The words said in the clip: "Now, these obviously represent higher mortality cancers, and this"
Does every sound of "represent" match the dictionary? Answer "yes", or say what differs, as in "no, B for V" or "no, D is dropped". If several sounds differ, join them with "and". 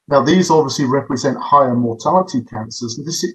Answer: yes